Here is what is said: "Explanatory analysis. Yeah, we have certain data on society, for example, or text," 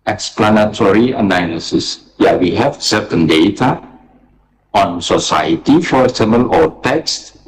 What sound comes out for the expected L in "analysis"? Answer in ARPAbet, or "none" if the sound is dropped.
N